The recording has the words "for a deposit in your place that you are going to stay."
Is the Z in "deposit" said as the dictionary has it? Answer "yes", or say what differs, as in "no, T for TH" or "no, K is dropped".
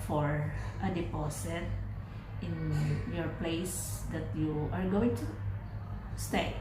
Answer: no, S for Z